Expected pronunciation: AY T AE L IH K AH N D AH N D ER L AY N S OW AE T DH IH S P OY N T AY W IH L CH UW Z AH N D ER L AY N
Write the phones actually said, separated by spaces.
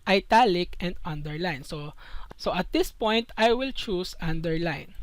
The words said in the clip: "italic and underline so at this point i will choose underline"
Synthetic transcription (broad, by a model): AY T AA L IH K AH N D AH N D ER L AY N S OW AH T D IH S P OY N T AY W IH L CH UW S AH N D ER L AY N